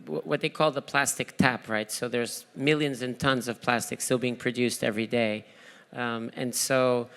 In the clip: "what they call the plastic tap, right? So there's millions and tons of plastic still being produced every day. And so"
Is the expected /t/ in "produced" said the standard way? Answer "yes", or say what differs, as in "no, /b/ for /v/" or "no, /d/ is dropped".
yes